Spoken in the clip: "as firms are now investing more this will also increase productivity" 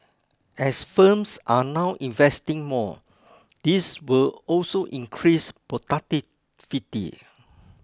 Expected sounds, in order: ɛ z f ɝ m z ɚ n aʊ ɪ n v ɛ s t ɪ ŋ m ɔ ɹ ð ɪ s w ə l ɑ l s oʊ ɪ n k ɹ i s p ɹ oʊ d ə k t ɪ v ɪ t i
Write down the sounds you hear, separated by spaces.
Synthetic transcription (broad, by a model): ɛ s f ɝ m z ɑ n aʊ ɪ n v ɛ s t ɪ ŋ m ɔ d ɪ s w ə l ɑ l s oʊ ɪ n k ɹ i s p oʊ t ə t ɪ f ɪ t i